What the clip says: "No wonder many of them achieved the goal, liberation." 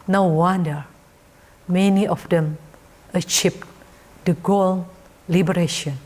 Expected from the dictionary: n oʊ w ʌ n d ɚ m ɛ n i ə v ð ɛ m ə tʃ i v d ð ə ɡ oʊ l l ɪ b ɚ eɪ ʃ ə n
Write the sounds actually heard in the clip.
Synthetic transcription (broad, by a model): n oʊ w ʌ n d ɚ m ɛ n i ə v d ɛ m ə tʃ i p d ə ɡ oʊ l l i b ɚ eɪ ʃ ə n